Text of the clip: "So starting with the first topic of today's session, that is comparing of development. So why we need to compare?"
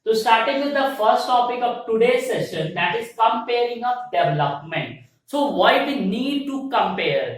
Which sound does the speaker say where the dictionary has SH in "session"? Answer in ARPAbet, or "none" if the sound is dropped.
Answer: SH